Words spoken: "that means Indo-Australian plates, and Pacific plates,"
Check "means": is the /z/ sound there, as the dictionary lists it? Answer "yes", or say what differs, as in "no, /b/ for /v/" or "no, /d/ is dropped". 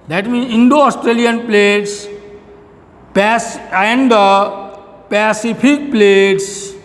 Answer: no, /z/ is dropped